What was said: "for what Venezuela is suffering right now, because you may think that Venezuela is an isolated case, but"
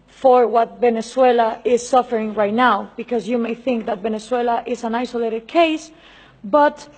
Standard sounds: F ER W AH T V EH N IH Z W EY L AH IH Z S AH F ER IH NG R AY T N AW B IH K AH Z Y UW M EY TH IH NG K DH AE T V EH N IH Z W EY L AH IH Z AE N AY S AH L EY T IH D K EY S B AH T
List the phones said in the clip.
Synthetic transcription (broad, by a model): F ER W AH T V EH N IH S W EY L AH IH Z S AH F ER IH NG R AY T N AW B IH K AH Z Y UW M EY TH IH NG K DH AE T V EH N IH S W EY L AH IH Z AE N AY S AH L EY T IH D K EY S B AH T